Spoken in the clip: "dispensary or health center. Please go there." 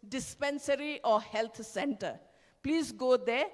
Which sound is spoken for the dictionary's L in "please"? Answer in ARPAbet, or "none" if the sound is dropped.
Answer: L